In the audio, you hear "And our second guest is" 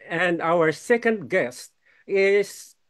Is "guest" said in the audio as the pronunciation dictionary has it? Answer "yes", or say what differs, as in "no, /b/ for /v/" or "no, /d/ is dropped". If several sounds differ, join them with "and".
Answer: yes